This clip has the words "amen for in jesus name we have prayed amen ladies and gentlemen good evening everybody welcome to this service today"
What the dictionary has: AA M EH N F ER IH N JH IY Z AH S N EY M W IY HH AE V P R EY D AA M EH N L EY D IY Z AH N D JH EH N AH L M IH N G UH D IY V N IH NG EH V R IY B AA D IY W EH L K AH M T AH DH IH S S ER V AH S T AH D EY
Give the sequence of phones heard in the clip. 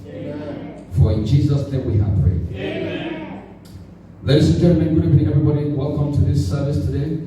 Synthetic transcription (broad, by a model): F ER IH N JH IY Z AH S N EY M W IY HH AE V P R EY AA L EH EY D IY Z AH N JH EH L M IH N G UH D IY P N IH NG EH V R IY B AA D IY W EH L K AH M T AH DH IH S S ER V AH S T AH D EY